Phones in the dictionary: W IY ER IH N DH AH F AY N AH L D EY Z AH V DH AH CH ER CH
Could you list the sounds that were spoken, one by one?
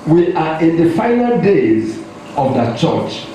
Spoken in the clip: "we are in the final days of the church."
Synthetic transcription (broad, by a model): W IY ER IH N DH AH F AY N AH L D EY Z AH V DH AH CH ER CH